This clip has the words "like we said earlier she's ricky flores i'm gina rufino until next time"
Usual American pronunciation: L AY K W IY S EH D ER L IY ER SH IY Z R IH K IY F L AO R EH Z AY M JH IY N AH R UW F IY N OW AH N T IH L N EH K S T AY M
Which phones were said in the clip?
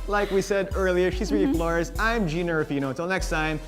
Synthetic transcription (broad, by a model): L AY K W IY S EH D ER L IY ER SH IY Z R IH IY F L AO R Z AY M JH IY N AH R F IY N OW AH T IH L N EH K S T AY M